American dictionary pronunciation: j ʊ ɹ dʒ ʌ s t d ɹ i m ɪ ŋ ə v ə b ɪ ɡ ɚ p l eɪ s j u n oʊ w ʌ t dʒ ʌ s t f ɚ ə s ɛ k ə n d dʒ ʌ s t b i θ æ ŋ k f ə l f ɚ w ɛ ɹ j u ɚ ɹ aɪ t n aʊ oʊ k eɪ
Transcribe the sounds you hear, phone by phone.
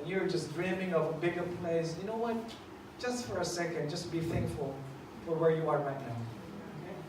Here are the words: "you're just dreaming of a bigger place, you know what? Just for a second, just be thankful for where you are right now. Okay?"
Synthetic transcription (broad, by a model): j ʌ ɹ dʒ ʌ s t d ɹ i m ɪ ŋ ə v ə b ɪ ɡ ɚ p l eɪ s j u n oʊ w ʌ t dʒ ʌ s t f ɚ ə s ɛ k ə n d dʒ ʌ s t b i θ æ ŋ k f ə l f ɚ w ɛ ɹ j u ɚ ɹ aɪ t n aʊ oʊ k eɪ